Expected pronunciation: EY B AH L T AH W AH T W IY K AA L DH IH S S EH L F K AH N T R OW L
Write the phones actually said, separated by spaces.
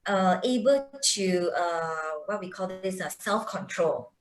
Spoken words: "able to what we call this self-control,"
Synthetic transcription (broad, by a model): EY B AH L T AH W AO T W IY K AA L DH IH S S EH L F K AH N T R OW L